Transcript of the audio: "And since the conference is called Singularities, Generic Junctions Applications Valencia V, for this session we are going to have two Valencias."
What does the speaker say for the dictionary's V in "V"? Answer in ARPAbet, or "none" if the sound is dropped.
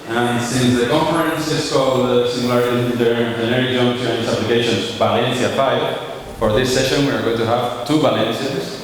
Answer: P